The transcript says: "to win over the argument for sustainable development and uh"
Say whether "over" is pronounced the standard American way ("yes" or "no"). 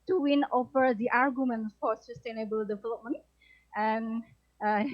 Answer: no